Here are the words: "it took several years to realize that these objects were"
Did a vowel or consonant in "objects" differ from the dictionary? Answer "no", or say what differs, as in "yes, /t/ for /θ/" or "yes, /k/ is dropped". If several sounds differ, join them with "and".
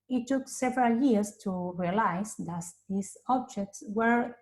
no